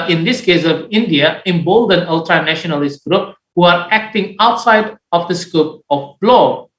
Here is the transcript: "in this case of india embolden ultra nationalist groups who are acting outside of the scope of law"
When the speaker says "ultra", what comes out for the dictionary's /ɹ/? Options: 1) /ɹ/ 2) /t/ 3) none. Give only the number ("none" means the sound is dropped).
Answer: 1